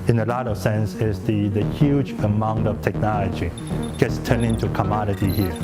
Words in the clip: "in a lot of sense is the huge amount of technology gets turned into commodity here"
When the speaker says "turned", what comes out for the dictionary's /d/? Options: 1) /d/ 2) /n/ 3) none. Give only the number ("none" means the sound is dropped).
3